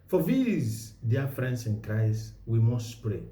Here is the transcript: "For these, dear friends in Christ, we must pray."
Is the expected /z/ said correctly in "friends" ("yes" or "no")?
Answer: no